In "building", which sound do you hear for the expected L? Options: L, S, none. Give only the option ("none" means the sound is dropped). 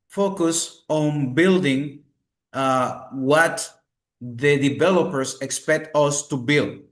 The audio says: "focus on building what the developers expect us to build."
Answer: L